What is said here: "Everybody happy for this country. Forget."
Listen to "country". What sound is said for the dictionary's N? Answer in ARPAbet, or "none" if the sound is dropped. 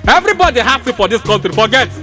L